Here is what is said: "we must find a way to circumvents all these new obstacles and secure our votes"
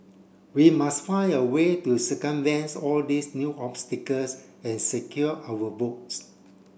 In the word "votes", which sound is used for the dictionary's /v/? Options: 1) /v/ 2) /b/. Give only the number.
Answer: 2